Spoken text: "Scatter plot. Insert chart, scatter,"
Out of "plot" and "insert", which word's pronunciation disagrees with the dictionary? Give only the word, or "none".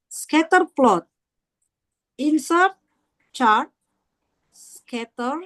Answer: none